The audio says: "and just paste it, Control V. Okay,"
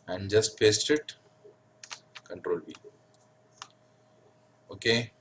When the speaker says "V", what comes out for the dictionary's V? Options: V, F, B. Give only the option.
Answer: B